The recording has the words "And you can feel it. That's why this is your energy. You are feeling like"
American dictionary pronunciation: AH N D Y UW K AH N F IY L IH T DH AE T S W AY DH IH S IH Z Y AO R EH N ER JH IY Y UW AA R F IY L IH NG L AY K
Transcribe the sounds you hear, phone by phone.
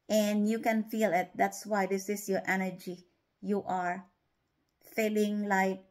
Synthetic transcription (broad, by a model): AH N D Y UW K AH N F IY L IH T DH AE T S W AY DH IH S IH S Y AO R EH N ER JH IY Y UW AA R F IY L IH NG L AY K